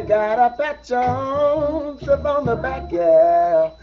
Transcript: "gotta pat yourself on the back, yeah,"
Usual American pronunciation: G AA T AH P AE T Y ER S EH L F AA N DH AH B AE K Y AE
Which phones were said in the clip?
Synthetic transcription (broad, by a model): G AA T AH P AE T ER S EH F AA N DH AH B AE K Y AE